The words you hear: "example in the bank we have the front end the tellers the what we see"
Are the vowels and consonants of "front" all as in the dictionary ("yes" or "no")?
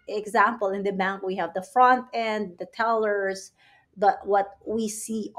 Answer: yes